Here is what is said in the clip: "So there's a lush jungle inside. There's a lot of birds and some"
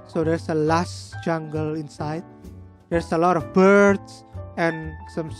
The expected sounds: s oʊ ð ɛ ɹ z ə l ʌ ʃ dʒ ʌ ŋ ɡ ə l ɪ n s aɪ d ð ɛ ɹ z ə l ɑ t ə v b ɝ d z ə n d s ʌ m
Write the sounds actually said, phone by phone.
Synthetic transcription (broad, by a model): s oʊ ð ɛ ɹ s ə l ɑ s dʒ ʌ ŋ ɡ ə l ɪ n s aɪ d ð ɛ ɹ s ə l ɑ t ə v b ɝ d s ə n s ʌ m